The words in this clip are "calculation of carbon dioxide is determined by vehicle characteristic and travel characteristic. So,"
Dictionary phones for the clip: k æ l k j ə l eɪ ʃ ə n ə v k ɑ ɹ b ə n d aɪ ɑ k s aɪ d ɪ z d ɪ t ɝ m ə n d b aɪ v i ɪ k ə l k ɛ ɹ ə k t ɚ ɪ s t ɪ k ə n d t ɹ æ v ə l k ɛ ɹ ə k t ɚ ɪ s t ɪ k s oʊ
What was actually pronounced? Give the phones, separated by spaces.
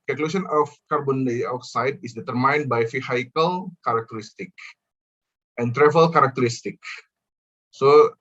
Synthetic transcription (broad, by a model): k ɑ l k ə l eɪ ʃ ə n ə f k ɑ ɹ b ə n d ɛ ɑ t s aɪ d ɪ s d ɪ t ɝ m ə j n b aɪ f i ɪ k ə l k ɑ ɹ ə k t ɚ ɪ s t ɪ k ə n t ɹ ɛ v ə l k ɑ ɹ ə k t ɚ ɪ s t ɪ k s oʊ